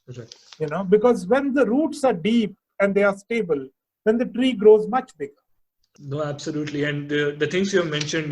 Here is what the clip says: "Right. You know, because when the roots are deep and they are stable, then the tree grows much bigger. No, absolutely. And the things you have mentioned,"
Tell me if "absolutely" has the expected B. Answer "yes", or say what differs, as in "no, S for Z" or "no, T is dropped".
yes